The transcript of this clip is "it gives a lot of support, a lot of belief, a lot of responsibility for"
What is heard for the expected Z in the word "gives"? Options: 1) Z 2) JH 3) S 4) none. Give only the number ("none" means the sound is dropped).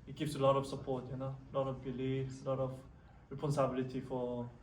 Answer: 3